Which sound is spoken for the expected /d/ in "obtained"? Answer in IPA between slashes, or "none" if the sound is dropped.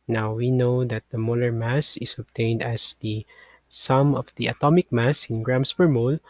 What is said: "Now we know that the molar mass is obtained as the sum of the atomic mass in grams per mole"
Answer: /d/